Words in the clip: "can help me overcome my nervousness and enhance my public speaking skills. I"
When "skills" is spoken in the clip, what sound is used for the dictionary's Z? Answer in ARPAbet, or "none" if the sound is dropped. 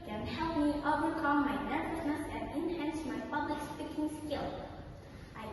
none